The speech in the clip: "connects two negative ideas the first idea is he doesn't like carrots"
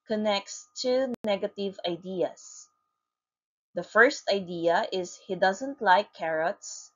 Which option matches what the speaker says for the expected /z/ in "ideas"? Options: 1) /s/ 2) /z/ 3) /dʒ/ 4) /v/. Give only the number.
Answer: 1